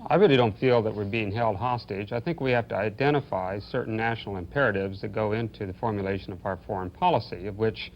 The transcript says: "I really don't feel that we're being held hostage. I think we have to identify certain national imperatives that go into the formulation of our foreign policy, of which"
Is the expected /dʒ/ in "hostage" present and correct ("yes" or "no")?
yes